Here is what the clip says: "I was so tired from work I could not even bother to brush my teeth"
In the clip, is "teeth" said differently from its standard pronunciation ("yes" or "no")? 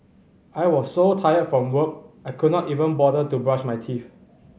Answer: yes